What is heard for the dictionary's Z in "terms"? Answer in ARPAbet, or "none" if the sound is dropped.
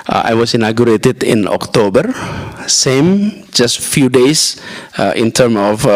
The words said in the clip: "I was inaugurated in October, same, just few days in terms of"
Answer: none